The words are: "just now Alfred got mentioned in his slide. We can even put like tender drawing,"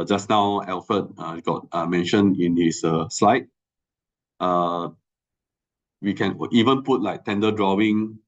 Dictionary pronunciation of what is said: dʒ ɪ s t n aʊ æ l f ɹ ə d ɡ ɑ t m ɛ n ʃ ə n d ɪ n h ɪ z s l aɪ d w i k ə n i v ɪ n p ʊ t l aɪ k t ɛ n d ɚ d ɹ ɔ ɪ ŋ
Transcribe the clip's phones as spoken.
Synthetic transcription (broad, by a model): dʒ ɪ s n aʊ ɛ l f ə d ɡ ɑ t m ɛ n ʃ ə n ɪ n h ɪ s s l aɪ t w i k ə n i v ɪ n p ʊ t l aɪ k t ɛ n d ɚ d ɹ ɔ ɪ ŋ